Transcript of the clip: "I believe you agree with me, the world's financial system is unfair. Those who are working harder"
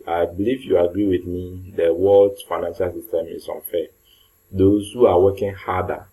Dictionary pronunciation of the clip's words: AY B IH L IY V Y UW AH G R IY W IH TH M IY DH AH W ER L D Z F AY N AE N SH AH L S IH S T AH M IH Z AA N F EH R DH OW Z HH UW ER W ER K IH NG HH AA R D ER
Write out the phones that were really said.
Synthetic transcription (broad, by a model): AY B IH L IY V Y UW AH G R IY W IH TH M IY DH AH W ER L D F AY N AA N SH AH L S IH S T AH M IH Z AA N F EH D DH OW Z HH UW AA W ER K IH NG HH AA D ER